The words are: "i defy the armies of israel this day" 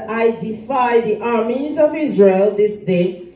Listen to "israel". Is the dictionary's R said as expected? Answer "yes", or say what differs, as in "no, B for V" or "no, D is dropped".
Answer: yes